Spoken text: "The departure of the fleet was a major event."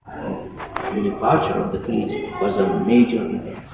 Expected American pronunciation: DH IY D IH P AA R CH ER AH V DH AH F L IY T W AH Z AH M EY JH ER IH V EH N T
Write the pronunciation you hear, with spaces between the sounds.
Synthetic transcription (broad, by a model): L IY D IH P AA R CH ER AH V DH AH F IY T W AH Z AH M EY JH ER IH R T